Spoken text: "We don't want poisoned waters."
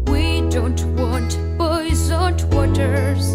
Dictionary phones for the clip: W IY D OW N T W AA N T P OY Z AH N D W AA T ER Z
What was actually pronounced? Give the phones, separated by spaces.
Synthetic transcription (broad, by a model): W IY D OW N T W AA N T B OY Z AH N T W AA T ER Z